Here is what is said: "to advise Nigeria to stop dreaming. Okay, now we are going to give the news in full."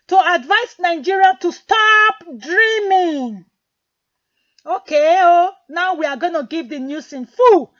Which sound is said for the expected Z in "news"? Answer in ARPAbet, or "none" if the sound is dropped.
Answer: S